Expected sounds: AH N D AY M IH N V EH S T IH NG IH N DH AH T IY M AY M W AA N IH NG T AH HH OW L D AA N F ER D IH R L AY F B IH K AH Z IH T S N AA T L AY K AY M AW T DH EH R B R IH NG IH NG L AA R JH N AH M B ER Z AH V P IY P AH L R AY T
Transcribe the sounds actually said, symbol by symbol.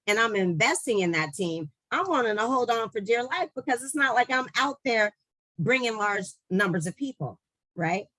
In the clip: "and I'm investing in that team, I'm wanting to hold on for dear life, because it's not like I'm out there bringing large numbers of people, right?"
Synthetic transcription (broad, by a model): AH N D AY M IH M V EH S T IH NG IH N DH AH T IY M AY M W AA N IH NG T AH HH OW L D N F ER D IH R L AY F B IH K AH Z IH T S N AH T L AY K AY M AW T DH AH R B R IH NG IH NG L AA R JH N AH M B ER Z AH V P IY P L R AY T